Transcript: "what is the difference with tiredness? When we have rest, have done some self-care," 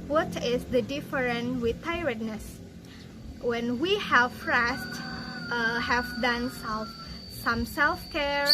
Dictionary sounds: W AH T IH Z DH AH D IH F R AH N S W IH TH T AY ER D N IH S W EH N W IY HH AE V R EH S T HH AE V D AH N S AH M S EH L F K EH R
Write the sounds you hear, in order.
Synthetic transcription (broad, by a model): W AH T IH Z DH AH D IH F R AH N W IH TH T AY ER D N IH S W EH N W IY HH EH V R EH S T HH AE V D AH N S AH M S EH L F K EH R